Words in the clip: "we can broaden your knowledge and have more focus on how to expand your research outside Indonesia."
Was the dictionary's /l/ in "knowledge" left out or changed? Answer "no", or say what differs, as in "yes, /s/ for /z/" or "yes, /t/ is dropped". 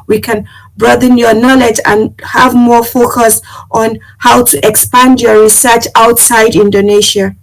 no